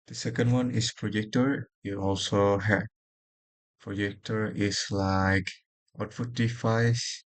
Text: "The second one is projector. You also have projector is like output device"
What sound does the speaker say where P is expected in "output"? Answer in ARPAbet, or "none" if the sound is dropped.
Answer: F